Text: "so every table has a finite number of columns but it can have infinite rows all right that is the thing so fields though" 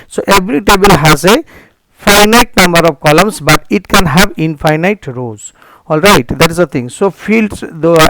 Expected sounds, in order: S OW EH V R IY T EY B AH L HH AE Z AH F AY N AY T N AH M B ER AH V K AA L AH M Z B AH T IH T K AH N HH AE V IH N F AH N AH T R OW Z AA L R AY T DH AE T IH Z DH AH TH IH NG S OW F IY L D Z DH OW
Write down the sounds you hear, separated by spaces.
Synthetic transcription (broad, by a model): S OW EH B R IY T EY B AH L HH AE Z AH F AY N AY T N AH M B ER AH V K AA L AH M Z B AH T IH T K AH N HH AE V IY N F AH N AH T R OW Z AA L R AY T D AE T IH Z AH T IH NG S OW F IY L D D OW